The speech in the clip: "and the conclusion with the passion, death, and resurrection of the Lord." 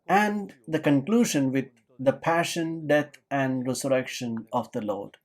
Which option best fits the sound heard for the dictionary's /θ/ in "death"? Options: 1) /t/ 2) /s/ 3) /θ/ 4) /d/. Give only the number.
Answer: 1